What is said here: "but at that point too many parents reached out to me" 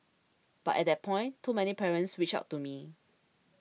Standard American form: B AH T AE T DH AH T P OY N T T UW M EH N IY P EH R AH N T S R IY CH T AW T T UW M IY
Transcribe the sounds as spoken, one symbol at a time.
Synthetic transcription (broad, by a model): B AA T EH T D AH T P OY N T T UW M EH N IY P EH R AH N T S W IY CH AW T T UW M IY